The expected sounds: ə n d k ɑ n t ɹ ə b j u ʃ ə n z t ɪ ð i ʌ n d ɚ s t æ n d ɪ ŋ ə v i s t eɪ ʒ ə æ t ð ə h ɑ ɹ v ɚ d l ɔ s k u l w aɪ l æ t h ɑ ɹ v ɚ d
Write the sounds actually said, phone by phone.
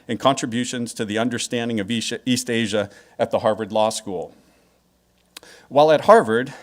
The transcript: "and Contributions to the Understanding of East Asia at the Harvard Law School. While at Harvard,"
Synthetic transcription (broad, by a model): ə n k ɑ n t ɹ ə b j u ʃ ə n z t ɪ ð i ʌ n d ɚ s t æ n d ɪ ŋ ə v i s t eɪ ʒ ə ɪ t ð ə h ɑ ɹ v ɚ d l ɔ s k u l w aɪ l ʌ t h ɑ ɹ v ɚ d